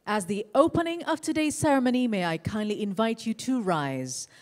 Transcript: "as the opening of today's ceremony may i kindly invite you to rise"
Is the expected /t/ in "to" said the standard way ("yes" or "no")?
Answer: yes